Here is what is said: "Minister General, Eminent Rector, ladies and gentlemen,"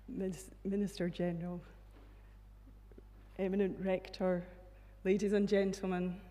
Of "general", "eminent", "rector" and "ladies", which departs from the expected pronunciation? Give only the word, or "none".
none